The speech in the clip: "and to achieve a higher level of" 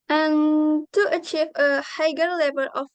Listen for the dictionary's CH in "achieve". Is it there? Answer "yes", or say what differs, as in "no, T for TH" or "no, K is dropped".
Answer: yes